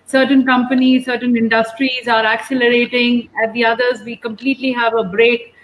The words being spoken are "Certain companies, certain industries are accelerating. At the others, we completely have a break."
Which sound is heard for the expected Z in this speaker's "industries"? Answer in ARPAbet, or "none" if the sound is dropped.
Z